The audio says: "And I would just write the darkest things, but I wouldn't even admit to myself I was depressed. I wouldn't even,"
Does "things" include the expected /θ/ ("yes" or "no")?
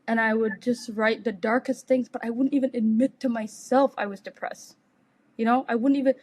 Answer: yes